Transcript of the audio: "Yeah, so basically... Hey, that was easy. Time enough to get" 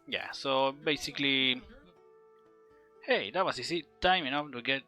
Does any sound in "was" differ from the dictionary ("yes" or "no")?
yes